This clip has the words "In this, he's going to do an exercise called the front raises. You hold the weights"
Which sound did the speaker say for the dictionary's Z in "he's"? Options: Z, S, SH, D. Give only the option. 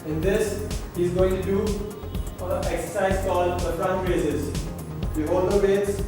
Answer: Z